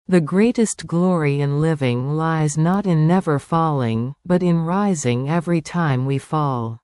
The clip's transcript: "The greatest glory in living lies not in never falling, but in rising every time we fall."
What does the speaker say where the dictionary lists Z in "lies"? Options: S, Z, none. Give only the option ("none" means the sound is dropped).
Z